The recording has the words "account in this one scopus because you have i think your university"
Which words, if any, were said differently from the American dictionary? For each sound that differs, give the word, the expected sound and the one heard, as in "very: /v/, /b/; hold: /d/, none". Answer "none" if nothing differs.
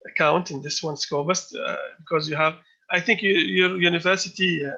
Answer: scopus: /p/, /b/